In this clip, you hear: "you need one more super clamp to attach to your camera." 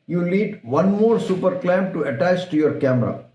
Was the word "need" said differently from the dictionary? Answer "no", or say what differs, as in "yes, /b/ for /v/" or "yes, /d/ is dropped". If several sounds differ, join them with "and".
yes, /l/ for /n/